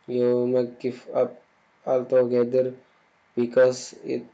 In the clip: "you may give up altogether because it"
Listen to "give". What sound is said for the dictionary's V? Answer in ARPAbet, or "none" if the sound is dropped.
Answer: F